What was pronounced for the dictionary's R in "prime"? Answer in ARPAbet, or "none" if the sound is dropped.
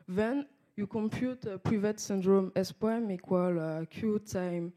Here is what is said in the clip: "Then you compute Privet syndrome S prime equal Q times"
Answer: none